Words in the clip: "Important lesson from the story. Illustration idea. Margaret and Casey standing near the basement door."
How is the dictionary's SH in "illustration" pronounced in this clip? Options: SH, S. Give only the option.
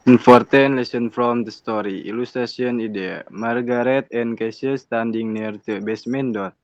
S